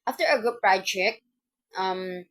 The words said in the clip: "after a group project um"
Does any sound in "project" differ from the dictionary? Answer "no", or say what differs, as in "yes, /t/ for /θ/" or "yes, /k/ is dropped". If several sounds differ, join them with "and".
yes, /b/ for /p/